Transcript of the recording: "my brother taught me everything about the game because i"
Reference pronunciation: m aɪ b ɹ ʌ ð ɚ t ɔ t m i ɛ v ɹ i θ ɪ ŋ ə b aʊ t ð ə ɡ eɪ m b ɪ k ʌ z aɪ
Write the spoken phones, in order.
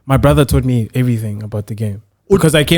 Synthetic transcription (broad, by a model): m aɪ b ɹ ʌ ð ɚ t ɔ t m i ɛ v ɹ i θ ɪ ŋ ə b aʊ t ð ə ɡ eɪ m k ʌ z aɪ